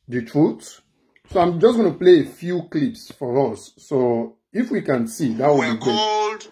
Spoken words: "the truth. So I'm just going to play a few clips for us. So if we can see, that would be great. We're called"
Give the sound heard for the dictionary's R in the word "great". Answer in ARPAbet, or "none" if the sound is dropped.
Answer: none